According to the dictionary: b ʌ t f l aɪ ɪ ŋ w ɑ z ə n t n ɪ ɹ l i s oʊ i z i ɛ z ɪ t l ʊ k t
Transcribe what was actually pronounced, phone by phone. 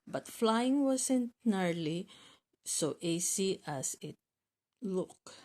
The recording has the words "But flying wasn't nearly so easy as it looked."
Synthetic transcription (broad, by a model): b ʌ t f l aɪ ɪ ŋ w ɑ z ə n t n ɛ ɹ l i s oʊ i s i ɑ s ɪ t l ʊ k